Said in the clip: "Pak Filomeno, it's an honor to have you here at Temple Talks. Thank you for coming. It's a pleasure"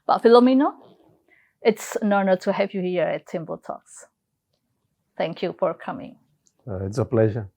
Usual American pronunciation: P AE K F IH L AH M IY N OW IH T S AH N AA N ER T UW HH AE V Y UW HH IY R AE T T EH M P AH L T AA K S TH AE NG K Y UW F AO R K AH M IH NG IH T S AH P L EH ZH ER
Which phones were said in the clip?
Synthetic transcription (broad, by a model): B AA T F IH L AH M IY N OW IH T S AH N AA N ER T UW HH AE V Y UW HH IY R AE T T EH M B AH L T AA K S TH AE NG K Y UW F AO R K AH M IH NG IH T S AH P L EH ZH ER